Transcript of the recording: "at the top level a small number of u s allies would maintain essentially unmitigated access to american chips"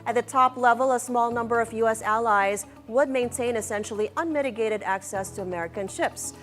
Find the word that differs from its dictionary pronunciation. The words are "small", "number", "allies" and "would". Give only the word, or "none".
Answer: none